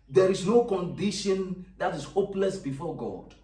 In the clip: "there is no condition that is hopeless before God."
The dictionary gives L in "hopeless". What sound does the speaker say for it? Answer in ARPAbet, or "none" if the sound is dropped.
L